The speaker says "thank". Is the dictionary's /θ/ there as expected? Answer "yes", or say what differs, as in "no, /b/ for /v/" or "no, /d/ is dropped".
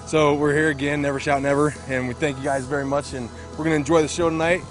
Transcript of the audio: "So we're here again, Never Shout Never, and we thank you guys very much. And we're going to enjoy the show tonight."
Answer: yes